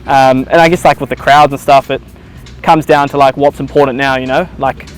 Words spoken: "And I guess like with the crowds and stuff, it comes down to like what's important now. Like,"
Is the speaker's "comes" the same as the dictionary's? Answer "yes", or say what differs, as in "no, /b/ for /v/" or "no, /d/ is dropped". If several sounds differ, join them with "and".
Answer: yes